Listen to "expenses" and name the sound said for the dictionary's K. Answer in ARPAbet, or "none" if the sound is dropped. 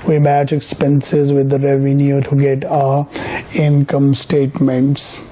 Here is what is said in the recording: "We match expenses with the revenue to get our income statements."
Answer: K